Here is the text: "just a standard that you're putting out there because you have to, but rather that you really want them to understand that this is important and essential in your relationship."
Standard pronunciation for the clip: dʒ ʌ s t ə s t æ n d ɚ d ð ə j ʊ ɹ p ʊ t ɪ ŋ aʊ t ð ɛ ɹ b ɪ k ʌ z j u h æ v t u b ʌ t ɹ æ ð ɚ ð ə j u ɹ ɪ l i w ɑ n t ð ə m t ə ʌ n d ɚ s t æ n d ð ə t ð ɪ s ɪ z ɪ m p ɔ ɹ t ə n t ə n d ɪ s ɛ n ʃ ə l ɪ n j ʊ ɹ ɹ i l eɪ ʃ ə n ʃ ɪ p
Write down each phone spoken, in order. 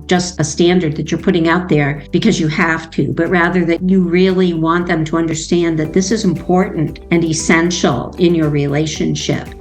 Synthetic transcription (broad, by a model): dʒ ʌ s t ə s t æ n d ɚ d ð ə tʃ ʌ ɹ p ʊ t ɪ ŋ aʊ t ð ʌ ɹ b ɪ k ʌ z j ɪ h æ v t u b ʌ t ɹ æ ð ɚ ð ə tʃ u ɹ ɪ l i w ɑ n ð ə m t ə ʌ n d ɚ s t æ n ð ə t ð ɪ s ɪ z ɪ m p ɔ ɹ t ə n t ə n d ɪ s ɛ n ʃ l ɪ n j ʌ ɹ ɹ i l eɪ ʃ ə n ʃ ɪ p